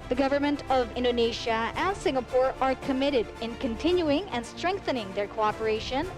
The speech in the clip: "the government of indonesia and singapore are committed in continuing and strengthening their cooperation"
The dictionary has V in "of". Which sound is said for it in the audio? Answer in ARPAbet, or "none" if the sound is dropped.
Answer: V